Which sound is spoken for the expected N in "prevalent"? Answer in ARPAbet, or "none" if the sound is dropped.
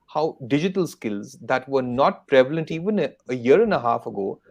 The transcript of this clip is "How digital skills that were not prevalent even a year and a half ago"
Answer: N